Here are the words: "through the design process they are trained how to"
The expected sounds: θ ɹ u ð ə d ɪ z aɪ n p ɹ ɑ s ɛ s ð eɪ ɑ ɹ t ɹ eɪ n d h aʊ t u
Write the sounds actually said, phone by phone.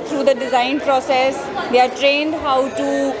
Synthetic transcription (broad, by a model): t ɹ u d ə d ɪ z aɪ n p ɹ ɑ s ɛ s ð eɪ ɑ ɹ t ɹ eɪ n d h aʊ t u